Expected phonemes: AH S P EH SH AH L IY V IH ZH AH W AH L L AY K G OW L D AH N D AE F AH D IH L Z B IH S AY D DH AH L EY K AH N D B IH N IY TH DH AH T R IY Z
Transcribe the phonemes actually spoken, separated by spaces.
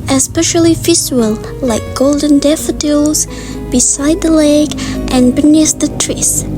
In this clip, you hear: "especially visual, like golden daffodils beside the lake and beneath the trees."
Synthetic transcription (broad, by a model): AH S P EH SH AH L IY F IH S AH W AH L L AY K G OW L D AH N D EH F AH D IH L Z B IH S AY D DH AH L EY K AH N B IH N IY S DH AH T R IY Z